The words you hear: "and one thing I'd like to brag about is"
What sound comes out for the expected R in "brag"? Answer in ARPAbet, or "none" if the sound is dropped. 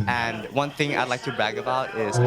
none